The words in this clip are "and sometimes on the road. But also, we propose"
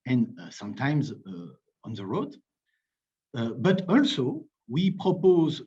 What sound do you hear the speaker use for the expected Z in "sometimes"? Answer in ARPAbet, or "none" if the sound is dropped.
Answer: Z